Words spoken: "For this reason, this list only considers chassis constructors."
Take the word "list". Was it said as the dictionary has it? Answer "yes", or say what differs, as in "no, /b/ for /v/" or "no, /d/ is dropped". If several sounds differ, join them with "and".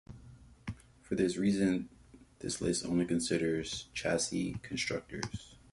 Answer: no, /t/ is dropped